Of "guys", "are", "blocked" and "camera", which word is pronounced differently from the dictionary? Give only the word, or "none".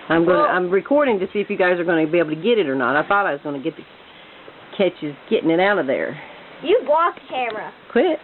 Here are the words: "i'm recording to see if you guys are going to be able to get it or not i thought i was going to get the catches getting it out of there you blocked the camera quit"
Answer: blocked